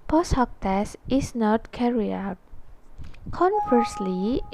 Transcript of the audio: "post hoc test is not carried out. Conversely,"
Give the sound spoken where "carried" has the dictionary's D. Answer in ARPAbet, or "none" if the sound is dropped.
none